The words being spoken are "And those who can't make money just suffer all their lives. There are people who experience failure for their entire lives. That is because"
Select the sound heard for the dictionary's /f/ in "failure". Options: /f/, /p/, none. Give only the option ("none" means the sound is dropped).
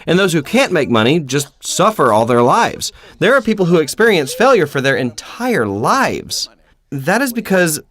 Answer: /f/